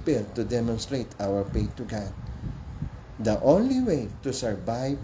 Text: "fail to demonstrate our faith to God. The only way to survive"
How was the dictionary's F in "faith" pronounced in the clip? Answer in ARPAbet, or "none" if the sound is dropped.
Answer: P